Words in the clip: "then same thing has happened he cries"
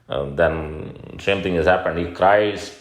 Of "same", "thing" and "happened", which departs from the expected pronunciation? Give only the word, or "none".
thing